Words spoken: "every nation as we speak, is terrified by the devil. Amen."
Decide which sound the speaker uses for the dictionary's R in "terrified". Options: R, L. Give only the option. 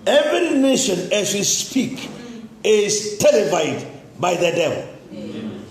L